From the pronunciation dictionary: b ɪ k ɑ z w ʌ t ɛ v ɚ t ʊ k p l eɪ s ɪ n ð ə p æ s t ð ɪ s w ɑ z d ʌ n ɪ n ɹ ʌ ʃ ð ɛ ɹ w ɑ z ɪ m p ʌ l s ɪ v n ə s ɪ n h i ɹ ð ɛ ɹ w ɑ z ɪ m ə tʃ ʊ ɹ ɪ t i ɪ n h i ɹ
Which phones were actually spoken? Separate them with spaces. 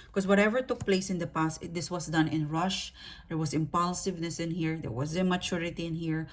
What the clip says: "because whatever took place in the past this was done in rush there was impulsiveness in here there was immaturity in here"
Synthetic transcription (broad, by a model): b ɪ k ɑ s w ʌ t ɛ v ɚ t ʊ k p l eɪ s ɪ n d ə p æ s t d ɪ s w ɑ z d ʌ n ɪ n ɹ ʌ ʃ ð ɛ ɹ w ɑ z ɪ m p ʌ l s ɪ v n ə s ɪ n h i ɹ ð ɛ ɹ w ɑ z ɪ m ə tʃ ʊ ɹ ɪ t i ɪ n h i ɹ